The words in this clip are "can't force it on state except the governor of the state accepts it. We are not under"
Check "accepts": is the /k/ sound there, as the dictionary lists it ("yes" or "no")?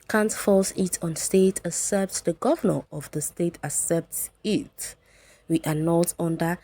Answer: no